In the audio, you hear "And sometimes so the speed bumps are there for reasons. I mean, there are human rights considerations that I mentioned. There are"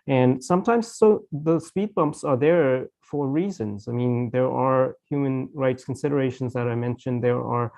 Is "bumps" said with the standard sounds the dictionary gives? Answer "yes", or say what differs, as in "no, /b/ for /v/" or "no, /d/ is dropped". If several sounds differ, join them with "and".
yes